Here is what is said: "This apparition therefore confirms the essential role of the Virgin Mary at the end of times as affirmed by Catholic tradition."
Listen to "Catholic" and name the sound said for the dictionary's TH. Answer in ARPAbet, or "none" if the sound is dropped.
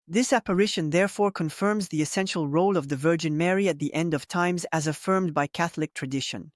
TH